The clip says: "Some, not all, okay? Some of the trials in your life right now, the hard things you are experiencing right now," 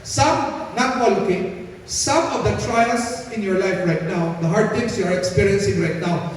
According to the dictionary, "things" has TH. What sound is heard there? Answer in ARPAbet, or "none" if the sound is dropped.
T